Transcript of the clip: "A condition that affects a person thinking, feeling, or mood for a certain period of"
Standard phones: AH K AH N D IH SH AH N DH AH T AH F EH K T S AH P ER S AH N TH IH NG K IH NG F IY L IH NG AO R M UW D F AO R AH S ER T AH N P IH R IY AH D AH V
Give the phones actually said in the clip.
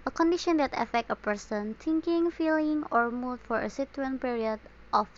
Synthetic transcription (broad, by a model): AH K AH N D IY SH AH N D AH T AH F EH K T AH P ER S AH N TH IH NG K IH NG F IY L IH NG AO R M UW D F AO R AH S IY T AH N P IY R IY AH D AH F